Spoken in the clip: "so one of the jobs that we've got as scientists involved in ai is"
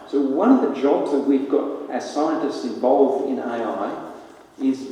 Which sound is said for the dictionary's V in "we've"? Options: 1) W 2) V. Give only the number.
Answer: 2